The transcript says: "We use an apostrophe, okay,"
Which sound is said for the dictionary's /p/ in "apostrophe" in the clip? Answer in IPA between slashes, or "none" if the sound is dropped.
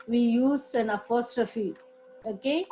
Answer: /f/